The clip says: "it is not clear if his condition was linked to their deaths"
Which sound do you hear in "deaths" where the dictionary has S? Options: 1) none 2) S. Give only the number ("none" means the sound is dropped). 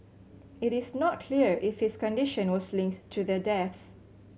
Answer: 2